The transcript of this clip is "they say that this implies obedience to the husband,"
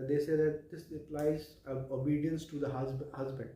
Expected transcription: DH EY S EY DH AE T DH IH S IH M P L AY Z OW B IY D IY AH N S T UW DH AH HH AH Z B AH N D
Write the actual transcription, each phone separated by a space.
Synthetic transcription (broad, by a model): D EY S EY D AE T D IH S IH P L AY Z OW B IY D IY AH N S T UW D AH HH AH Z B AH N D